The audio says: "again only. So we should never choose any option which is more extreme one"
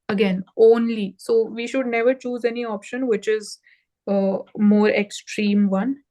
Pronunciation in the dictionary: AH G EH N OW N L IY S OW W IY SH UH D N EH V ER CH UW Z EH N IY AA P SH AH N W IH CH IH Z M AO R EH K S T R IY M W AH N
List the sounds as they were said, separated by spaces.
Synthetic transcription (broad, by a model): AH G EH N OW N L IY S OW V IY SH UH D N EH V ER CH UW Z EH N IY AA P SH AH N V IH CH IH Z M AO R EH K S T R IY M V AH N